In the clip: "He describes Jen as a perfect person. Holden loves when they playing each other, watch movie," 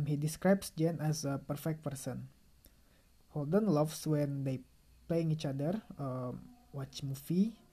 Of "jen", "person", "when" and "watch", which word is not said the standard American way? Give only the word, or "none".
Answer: none